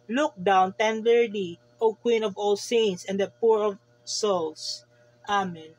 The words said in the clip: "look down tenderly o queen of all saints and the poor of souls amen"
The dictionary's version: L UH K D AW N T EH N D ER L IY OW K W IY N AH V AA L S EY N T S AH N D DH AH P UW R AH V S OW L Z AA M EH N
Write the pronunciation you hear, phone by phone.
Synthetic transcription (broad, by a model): L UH K D AW N T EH N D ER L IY OW K W IY N AH V AA L S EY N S AH N D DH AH P UW R AH V S OW L S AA M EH N